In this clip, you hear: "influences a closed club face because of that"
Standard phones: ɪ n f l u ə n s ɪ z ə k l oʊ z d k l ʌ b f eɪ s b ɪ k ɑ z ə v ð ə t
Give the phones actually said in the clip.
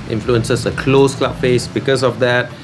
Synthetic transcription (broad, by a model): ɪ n f l u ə n s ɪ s ə k l oʊ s k l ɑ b f eɪ s b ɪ k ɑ s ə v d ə t